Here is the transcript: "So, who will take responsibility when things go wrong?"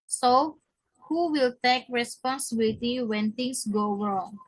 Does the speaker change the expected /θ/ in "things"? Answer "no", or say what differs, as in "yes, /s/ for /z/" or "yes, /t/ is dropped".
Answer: yes, /t/ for /θ/